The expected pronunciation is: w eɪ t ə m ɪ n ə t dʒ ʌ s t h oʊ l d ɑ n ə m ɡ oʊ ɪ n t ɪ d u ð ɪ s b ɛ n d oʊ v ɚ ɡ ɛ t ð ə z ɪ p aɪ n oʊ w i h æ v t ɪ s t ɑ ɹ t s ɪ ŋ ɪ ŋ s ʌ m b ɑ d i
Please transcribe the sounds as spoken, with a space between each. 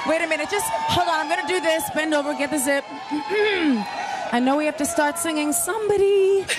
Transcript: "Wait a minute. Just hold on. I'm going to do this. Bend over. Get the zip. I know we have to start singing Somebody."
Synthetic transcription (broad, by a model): w eɪ t ə m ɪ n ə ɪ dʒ ʌ s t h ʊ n ɑ ə m ɡ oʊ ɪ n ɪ d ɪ ð ɪ s b ɛ n d oʊ v ɚ ɡ ɛ t ð ə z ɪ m aɪ n oʊ w i h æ f t ɪ s t ɑ ɹ t s ɪ ŋ ɪ ŋ s ʌ m b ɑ d i